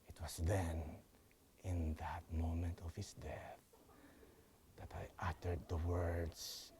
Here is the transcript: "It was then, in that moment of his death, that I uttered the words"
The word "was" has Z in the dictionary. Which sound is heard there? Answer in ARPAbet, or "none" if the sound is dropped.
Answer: S